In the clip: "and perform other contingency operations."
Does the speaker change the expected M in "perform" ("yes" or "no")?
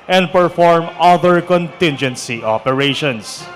no